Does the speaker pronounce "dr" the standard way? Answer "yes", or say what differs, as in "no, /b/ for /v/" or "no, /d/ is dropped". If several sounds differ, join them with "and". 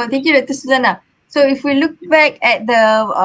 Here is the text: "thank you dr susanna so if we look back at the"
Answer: no, /k/ is dropped